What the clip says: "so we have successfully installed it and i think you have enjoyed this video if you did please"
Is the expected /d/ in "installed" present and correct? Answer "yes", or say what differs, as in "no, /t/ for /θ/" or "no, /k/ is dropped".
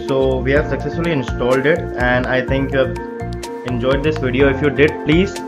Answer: yes